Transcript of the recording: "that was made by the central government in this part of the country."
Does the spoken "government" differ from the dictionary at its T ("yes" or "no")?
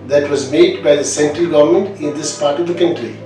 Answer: no